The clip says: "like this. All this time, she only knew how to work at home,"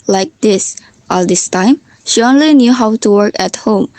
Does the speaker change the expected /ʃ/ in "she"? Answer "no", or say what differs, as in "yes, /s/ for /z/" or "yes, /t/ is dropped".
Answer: no